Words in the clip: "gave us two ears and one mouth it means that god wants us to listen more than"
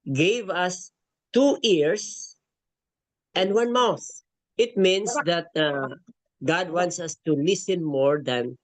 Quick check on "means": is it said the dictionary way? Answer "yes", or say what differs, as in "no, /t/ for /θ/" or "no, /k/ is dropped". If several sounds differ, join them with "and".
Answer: no, /s/ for /z/